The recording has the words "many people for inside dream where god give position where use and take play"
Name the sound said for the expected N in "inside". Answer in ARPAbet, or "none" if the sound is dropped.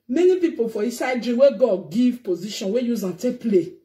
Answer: none